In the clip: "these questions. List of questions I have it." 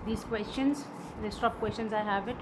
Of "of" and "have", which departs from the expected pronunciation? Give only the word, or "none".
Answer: of